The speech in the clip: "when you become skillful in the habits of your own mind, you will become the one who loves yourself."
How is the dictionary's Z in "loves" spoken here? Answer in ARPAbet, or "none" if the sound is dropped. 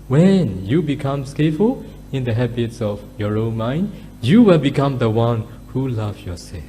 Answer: none